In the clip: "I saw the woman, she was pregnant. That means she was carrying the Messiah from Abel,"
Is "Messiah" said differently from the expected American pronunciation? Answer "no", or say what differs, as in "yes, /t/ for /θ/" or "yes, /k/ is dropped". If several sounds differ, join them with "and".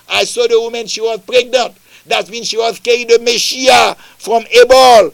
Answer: yes, /ʃ/ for /s/